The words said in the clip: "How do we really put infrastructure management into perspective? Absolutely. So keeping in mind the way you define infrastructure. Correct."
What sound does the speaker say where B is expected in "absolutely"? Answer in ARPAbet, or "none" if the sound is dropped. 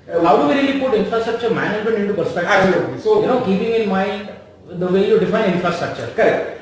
none